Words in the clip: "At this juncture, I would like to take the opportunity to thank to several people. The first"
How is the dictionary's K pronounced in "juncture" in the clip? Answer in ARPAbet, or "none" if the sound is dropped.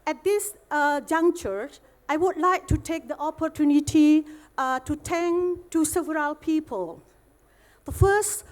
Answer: none